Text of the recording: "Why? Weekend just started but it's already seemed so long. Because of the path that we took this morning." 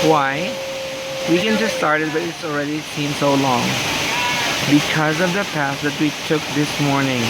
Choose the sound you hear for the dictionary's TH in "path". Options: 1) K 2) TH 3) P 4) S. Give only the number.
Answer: 4